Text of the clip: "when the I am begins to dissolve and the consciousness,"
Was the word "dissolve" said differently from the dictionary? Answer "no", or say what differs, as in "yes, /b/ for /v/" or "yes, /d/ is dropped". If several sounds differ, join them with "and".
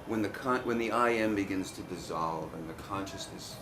no